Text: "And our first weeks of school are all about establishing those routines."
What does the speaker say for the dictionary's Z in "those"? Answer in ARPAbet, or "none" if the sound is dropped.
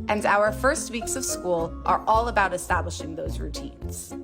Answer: Z